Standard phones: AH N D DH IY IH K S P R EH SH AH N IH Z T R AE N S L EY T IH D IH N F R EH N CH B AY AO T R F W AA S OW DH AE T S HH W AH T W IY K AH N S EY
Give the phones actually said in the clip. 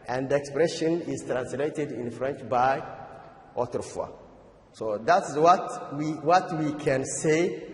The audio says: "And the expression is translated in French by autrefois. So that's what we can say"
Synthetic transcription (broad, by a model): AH N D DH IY IH K S P R EH SH AH N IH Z T R AE N S L EY T IH D IH N F R EH N CH B AY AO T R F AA S OW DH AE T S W W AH T W IY K AH N S EY